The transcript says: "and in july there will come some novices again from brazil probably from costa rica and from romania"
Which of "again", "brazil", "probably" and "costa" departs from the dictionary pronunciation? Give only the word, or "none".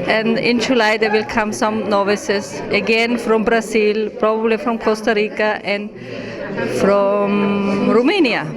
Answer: brazil